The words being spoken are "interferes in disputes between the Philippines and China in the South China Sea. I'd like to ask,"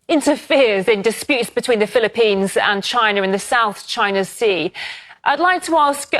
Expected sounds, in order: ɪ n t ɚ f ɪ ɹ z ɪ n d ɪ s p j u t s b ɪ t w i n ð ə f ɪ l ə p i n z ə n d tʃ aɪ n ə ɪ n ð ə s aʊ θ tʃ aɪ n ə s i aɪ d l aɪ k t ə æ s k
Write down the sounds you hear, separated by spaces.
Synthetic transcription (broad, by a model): ɪ n t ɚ f ɪ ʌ z ɪ n d ɪ s p j u t s b ɪ t w i n ð ə f ɪ l ə p i n z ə n tʃ aɪ n ə ɪ n ð ə s aʊ θ tʃ aɪ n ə s i aɪ d l aɪ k t ə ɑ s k